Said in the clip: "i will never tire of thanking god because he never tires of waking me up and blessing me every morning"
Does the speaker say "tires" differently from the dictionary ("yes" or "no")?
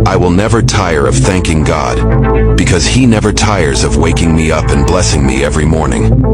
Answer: no